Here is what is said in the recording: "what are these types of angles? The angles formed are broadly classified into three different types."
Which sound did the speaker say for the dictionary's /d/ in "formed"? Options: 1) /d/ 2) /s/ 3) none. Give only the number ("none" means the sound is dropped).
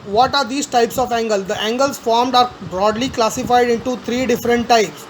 1